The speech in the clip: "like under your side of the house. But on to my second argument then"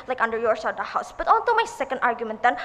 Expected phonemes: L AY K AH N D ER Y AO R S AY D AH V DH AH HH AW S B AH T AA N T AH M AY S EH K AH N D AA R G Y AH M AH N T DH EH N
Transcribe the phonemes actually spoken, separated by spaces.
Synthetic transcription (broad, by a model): L AY K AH N D ER Y AO R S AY AH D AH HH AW S B AH T AA N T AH M AY S EH K AH N D AA R G Y AH M AH N T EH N